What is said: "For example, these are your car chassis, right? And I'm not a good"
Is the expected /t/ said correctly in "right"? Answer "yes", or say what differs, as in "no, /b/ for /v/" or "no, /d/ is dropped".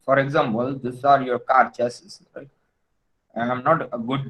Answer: no, /t/ is dropped